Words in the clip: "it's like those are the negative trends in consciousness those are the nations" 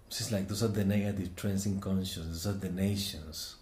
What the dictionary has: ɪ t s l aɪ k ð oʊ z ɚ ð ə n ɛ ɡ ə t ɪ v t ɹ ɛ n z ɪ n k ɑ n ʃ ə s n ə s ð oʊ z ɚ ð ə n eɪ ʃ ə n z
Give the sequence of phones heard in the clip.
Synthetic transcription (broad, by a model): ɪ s l aɪ k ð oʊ s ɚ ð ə n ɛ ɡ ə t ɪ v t ɹ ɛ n s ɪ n k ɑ n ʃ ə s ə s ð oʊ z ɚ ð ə n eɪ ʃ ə n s